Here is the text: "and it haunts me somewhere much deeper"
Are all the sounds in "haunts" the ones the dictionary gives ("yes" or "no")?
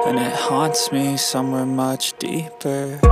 yes